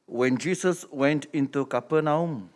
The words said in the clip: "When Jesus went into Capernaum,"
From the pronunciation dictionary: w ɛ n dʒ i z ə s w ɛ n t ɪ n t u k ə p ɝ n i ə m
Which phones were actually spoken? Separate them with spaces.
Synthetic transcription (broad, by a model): w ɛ n dʒ i s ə s w ɛ n t ɪ n t u k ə p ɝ n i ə m